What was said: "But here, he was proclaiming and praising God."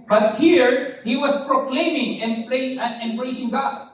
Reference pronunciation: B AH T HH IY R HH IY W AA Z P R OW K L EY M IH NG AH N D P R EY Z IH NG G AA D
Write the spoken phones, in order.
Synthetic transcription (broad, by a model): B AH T HH IY R HH IY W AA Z P R OW K L EY M IH NG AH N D B R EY S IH NG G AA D